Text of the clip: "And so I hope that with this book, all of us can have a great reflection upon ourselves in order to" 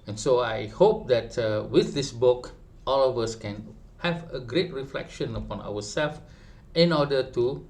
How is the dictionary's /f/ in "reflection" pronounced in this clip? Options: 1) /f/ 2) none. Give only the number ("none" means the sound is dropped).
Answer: 1